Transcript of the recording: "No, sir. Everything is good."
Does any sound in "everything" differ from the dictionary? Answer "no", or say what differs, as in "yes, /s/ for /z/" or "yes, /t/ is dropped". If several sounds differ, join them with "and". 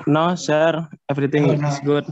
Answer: yes, /t/ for /θ/